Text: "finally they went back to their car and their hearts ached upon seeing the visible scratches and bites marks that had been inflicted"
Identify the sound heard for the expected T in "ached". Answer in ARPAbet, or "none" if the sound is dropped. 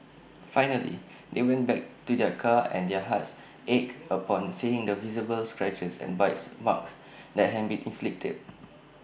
none